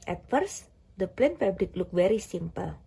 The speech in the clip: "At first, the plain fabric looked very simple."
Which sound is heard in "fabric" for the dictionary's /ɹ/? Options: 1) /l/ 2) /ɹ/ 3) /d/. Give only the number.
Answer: 1